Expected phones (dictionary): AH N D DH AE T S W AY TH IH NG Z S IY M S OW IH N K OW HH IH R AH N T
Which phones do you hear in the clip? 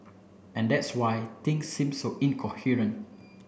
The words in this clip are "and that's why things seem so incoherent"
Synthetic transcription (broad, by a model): AH N D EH T S W AY T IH NG S IY M S OW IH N K OW HH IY R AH N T